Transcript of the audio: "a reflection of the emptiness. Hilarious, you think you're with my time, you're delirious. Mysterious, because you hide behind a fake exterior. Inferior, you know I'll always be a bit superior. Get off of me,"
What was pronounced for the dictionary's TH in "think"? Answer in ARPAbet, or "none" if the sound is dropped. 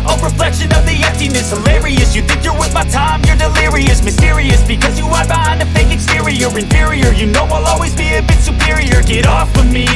TH